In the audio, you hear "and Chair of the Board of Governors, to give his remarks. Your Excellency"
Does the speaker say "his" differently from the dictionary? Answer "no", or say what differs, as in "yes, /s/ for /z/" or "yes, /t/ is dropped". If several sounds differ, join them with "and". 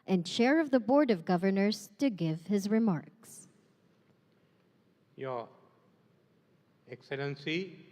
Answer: no